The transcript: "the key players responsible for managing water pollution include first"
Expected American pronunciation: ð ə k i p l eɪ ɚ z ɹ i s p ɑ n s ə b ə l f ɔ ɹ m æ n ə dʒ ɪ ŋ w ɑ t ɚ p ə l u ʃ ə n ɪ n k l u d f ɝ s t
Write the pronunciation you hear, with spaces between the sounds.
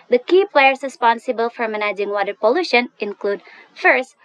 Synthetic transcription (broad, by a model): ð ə k i p l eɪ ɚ s ɹ i s p ɑ n s ə b ə l f ɔ ɹ m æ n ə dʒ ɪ ŋ w ɑ t ɚ p ə l u ʃ ə n ɪ n k l u d f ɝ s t